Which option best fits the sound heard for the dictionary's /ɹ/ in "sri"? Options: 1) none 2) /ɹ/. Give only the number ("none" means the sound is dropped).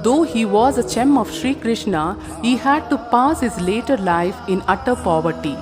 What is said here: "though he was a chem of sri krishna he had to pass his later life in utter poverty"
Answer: 2